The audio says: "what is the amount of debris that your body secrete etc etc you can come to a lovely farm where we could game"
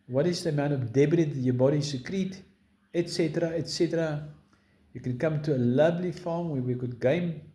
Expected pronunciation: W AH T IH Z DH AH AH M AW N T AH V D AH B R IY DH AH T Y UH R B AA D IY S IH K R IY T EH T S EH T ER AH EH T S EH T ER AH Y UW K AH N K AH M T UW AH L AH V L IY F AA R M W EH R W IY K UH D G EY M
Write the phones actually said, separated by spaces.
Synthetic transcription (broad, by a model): W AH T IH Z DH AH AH M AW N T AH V D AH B IY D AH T Y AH B AA D IY S IH K R IY T EH T S EH T ER AH EH T S EH T ER AH Y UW K AH N K AH M T UW AH L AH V L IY F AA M W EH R W IY K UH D G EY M